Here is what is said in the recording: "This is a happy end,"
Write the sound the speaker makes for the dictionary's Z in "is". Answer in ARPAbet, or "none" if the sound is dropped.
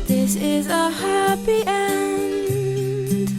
Z